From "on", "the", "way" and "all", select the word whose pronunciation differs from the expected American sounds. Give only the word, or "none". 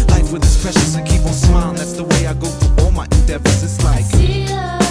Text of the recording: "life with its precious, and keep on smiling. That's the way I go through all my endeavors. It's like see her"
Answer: on